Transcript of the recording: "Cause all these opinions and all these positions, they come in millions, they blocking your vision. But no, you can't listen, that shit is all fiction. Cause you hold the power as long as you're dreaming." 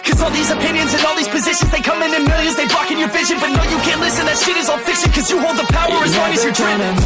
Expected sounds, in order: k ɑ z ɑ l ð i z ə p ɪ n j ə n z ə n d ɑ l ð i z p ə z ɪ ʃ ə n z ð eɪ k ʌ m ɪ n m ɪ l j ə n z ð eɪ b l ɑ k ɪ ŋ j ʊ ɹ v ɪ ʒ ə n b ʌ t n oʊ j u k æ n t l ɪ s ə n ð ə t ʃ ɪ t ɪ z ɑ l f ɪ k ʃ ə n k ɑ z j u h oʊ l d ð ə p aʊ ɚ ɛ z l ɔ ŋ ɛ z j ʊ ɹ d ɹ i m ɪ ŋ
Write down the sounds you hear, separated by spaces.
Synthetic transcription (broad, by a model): k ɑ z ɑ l ð i z ə p ɪ n j ə n z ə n ɑ l ð i z p ə z ɪ ʃ ə n z ð eɪ k ʌ m ɪ n m ɪ l j ə n z ð eɪ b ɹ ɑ k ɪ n j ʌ ɹ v ɪ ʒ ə n b ʌ t n oʊ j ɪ k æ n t l ɪ s ə n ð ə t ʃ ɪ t ɪ z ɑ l f ɪ k ʃ ə n k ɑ z j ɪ h oʊ l d ð ə p aʊ ɚ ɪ z w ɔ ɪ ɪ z j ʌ ɹ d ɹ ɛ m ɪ